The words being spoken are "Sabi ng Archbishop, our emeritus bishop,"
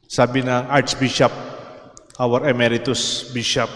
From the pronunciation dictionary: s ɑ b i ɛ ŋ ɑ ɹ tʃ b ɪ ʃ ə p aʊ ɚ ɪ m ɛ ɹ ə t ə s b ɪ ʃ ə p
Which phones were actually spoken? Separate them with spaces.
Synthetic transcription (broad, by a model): s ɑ b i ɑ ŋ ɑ ɹ s b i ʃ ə p aʊ ɚ ɪ m ɛ ɹ ə t ə s b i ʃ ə p